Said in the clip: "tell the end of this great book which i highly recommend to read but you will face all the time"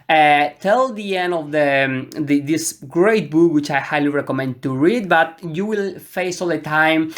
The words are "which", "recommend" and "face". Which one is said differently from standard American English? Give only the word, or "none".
none